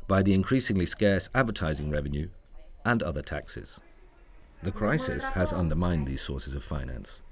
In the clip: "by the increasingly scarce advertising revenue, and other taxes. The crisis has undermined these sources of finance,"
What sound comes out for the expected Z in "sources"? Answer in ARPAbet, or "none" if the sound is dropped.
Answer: Z